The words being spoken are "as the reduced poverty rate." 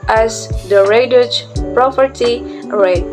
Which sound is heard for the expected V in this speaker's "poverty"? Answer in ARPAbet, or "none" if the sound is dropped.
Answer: P